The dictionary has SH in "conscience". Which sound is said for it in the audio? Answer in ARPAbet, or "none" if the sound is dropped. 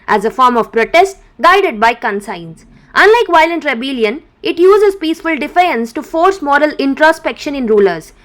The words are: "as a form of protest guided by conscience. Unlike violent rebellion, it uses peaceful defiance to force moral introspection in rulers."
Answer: S